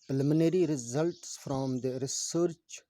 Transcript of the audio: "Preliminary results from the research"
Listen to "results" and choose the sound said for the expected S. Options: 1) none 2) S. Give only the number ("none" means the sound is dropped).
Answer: 2